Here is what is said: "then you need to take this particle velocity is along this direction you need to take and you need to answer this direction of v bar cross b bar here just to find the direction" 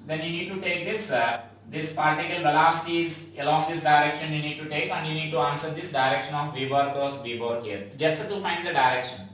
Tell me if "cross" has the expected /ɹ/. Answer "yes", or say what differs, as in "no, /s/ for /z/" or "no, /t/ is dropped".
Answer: no, /ɹ/ is dropped